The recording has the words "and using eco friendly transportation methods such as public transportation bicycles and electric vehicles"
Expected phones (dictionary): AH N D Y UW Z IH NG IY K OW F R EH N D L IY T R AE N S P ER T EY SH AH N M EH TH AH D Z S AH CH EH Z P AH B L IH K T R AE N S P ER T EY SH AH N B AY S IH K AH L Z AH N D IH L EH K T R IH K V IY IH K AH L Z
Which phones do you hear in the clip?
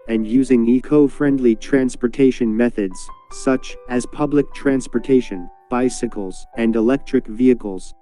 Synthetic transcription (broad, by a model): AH N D Y UW Z IH NG IY K OW F R EH N D L IY T R AE N S P ER T EY SH AH N M EH TH AH D Z S AH CH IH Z P AH B L IH K T R AE N S P ER T EY SH AH N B AY S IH K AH L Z AH N D IH L EH K T R IH K V IY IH K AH L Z